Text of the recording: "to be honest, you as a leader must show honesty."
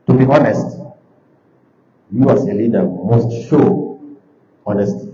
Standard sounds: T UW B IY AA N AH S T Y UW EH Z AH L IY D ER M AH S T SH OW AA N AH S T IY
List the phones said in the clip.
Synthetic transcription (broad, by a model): T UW B IY AA N AH S T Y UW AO S AH L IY D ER M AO S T SH OW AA N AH S T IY